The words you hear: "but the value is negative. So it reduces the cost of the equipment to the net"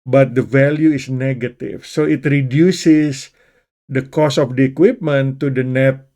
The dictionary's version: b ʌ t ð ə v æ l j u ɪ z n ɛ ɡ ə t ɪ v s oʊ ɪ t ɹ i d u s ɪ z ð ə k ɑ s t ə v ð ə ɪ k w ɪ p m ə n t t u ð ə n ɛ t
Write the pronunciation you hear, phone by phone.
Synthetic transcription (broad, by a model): b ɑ t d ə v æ l j u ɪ s n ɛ ɡ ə t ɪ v s oʊ ɪ t ɹ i d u s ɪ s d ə k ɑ s ə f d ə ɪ k w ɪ p m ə n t t u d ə n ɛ t